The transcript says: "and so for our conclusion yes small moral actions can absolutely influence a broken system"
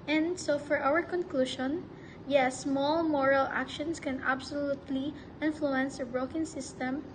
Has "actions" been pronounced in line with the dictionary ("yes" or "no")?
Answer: no